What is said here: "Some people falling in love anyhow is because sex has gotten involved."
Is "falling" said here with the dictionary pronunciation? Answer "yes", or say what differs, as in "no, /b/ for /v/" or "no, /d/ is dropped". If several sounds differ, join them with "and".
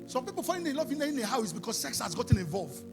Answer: no, /l/ is dropped